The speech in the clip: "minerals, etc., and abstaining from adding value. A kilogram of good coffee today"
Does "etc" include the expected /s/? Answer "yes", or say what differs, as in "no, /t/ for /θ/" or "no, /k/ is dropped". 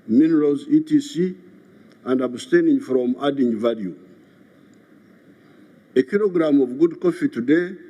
no, /s/ is dropped